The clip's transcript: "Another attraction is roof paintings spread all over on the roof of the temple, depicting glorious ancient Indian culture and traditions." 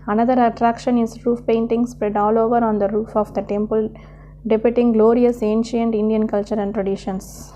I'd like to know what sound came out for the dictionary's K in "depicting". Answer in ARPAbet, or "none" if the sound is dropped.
none